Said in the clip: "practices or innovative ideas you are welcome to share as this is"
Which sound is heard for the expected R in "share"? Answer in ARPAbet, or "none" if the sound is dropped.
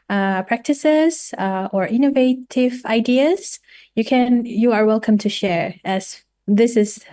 R